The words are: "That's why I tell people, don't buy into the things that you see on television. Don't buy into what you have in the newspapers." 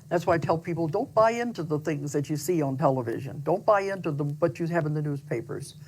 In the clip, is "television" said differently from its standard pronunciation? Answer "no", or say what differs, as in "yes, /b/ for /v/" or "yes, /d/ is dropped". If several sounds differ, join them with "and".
no